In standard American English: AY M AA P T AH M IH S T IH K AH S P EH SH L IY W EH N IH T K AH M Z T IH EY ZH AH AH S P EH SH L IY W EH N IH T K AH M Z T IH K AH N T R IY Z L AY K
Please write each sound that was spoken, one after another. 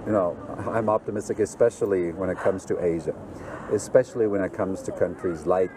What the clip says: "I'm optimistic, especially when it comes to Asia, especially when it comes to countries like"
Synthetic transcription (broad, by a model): AY M AA P T AH M IH S T IH K AH S P EH SH L IY W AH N IH T K AH M Z T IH EY ZH AH AH S P EH SH L IY W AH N IH T K AH M Z T IH K AH N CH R IY Z L AY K